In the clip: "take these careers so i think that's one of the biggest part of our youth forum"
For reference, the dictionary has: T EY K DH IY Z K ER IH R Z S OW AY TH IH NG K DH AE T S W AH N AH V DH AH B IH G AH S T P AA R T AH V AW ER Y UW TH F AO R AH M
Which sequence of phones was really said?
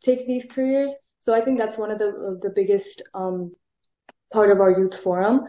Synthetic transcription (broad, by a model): T EY K DH IY Z K ER IH R Z S OW AY TH IH NG K DH AE T S W AH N AH V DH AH B IH G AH S T P AA R T AH V AW ER Y UW TH F AO R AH M